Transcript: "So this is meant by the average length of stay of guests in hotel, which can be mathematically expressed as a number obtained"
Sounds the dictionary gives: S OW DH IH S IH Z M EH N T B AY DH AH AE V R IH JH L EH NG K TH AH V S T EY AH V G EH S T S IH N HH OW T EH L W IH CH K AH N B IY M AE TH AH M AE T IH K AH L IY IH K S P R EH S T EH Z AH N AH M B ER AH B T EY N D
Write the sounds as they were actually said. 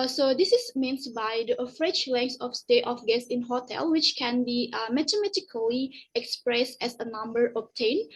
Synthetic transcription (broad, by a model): S OW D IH S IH S M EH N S B AY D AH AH F R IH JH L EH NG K S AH F S T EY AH F G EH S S IH N HH OW T EH L W IH CH K AH N B IY M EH T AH M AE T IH K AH L IY IH K S P R EH S T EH S AH N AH M B ER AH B T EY N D